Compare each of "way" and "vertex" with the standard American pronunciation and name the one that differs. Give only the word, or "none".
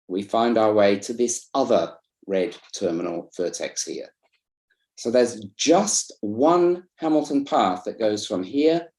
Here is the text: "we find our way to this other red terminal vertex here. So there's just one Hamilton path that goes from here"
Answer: vertex